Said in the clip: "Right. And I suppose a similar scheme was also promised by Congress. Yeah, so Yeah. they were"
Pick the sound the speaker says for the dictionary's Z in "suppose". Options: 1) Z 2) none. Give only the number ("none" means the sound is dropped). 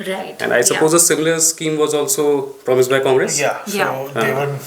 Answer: 1